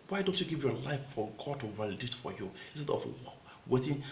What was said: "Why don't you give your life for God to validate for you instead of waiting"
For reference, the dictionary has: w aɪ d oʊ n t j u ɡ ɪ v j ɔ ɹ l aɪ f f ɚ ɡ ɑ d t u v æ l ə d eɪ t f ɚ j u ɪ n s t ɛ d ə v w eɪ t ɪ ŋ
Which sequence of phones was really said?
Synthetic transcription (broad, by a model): w aɪ d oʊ n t j u ɡ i v j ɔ l aɪ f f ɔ ɡ ɑ d t u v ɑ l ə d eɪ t f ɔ j u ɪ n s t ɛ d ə w w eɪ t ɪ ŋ